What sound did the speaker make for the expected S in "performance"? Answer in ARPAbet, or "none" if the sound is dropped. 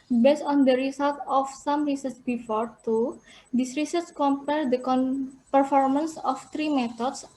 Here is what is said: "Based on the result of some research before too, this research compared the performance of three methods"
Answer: S